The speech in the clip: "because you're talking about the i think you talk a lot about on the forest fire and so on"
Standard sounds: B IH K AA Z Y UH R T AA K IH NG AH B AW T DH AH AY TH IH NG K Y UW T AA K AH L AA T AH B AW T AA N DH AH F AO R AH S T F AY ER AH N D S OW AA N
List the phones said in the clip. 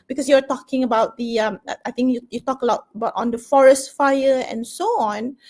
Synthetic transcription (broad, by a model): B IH K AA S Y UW W T AA K IH NG AH B AW T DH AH AY T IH NG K Y UW T AA K AH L AA T AH B AW T AA N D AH F AO R AH S T F AY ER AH N S OW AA N